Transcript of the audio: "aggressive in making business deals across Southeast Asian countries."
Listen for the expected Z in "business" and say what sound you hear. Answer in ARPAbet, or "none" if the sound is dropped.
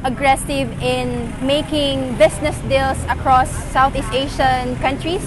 S